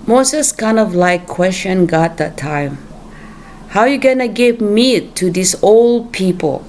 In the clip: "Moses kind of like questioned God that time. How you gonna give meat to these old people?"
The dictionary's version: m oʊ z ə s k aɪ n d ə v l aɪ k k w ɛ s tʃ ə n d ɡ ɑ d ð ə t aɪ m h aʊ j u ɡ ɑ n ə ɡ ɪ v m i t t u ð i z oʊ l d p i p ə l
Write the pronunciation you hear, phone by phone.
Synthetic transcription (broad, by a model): m oʊ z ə s k aɪ n d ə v l aɪ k k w ɛ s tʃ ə n ɡ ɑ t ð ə t aɪ m h aʊ j u ɡ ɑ n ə ɡ ɪ v m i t t u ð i s oʊ l d p i p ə l